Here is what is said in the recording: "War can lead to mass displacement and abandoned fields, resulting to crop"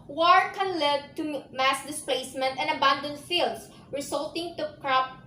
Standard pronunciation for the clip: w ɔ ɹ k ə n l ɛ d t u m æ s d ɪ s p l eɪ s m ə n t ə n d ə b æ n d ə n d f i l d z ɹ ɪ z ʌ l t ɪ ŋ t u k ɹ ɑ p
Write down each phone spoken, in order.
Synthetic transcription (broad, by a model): w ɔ ɹ k ə n l ɛ d t u m æ s d ɪ s p l eɪ s m ə n t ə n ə b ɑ n d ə n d f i l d s ɹ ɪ s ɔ l t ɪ ŋ t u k ɹ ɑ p